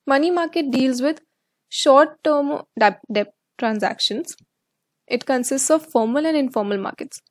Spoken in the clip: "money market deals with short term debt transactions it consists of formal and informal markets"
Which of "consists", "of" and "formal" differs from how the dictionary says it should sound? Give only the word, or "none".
none